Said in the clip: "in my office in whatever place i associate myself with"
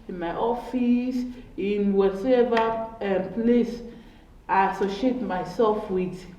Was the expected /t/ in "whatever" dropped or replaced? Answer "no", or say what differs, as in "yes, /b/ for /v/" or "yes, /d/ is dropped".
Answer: yes, /s/ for /t/